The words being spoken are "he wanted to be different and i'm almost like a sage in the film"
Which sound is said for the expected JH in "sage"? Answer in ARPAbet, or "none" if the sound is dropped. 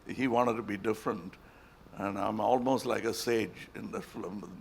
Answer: JH